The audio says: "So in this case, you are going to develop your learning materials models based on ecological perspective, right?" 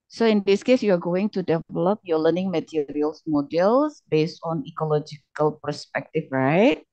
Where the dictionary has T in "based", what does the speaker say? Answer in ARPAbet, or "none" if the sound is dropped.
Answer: T